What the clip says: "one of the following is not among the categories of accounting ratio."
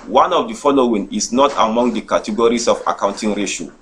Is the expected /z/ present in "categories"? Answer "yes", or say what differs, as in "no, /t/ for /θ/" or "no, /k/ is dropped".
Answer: no, /s/ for /z/